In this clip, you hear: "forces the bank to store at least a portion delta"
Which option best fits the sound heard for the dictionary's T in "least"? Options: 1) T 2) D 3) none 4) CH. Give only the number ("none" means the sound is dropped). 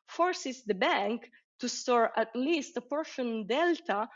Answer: 1